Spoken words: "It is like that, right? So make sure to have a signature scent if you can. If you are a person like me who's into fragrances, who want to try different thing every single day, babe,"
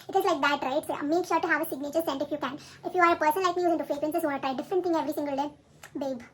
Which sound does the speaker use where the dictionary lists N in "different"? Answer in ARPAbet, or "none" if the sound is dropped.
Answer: none